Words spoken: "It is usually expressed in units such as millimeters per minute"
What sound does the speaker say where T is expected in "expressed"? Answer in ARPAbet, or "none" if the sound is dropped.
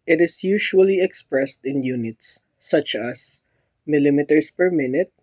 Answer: T